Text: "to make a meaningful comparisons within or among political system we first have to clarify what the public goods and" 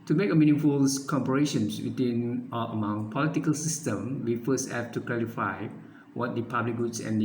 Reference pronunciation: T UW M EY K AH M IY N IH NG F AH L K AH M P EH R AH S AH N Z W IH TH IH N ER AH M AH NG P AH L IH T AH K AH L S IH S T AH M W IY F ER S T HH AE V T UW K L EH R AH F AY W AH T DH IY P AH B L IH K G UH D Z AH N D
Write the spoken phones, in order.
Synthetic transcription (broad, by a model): T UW M EY K AH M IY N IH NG F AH L K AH M P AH R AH SH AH N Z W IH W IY N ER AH M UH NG P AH L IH T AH K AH L S IH S T AH M W IY F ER S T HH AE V T UW K L EH R AH F AY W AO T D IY P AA B L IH K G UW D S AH N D